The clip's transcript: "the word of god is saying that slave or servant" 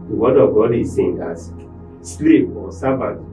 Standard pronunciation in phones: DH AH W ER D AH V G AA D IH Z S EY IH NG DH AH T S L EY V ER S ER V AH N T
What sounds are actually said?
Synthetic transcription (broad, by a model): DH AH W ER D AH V G AA D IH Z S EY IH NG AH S S L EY P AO S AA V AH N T